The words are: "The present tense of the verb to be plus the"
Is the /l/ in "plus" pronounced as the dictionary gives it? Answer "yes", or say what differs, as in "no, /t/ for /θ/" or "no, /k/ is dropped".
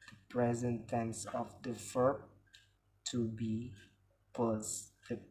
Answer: no, /l/ is dropped